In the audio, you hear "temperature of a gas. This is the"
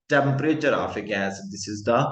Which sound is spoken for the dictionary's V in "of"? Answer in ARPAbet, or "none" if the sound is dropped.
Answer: F